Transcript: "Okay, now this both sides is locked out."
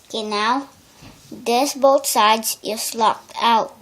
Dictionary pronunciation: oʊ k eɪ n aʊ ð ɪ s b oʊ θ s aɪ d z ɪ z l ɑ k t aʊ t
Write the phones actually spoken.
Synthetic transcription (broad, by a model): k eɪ n aʊ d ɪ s b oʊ t s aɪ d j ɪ s l ɑ k t aʊ t